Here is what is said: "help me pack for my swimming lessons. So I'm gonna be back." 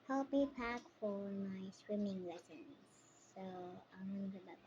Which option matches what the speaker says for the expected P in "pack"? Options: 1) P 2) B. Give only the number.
1